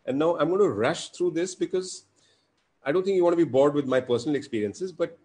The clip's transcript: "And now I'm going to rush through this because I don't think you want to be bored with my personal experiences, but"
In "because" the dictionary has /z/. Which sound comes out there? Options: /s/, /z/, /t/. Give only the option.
/z/